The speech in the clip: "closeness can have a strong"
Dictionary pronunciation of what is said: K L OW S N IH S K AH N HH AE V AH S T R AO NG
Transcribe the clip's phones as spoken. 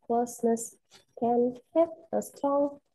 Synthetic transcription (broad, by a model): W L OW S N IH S K AH N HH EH P AH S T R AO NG